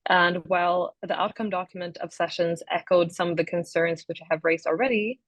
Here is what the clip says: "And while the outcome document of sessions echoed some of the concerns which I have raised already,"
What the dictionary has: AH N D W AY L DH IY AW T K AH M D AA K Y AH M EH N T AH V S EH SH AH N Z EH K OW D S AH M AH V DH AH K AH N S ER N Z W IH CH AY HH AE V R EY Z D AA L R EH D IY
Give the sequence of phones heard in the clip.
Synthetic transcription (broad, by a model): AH N W AY L DH IY AW T K AH M D AA K Y AH M EH N T AH V S EH SH AH N Z EH K OW D S AH M AH V DH AH K AH N S ER N Z W IH CH AY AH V R EY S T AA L R EH D IY